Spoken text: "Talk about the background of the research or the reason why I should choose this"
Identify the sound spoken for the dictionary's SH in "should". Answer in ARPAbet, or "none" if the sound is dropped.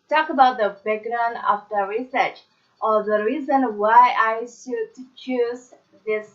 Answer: S